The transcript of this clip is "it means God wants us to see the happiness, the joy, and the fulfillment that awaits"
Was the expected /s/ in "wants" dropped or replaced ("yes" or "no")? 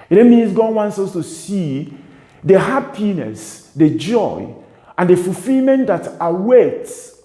no